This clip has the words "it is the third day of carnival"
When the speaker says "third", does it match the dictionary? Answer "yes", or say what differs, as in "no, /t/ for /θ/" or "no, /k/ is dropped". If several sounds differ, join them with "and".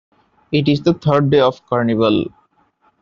no, /t/ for /θ/